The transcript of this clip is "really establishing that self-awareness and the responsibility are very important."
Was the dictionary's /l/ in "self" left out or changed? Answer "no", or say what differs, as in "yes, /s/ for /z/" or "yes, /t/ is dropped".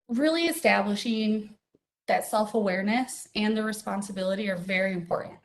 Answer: no